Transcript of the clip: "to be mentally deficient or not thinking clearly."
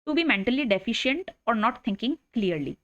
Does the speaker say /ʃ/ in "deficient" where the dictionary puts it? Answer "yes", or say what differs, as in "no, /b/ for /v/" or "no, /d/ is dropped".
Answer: yes